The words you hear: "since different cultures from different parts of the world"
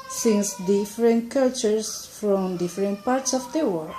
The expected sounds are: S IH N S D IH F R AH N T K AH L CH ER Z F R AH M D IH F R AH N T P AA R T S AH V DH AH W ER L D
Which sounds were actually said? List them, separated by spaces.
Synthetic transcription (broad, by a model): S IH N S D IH F R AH N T K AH L CH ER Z F R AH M D IH F R AH N T P AA R T S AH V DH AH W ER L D